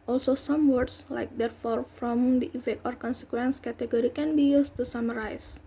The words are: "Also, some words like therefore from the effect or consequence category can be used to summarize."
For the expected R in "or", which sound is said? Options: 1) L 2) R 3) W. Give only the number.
2